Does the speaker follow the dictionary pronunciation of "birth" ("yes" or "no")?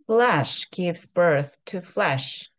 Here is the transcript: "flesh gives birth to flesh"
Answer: yes